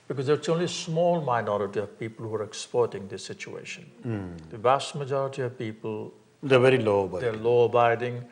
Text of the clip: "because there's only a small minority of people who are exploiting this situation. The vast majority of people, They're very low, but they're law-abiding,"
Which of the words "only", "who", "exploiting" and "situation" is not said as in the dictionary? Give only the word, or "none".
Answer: exploiting